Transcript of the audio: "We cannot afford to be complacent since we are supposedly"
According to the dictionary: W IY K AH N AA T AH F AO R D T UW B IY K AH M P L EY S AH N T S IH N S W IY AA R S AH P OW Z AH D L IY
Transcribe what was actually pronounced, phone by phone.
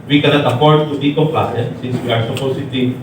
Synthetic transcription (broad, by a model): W IY K AH N AA T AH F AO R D T UW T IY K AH P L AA AH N S IH N S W IY AA R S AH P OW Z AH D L IY